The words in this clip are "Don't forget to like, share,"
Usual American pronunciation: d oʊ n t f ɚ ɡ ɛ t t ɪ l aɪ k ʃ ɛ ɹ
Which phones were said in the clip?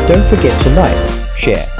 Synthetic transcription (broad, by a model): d oʊ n t f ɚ ɡ ɛ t t ɪ n aɪ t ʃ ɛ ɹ